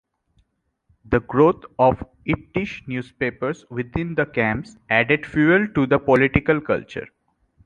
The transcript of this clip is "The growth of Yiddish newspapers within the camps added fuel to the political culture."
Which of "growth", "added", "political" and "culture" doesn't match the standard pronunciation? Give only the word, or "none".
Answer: growth